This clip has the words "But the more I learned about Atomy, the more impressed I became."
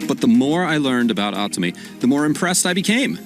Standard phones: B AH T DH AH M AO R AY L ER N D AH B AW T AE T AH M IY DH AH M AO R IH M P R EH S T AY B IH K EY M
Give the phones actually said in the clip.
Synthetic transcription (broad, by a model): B AH T DH AH M AO R AY L ER N D AH B AW T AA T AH M IY DH AH M AO R IH M P R EH S T AY B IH K EY M